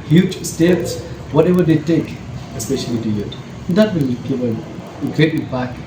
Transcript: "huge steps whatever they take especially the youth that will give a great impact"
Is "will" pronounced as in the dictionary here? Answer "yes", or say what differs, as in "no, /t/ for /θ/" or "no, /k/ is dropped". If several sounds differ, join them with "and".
no, /n/ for /l/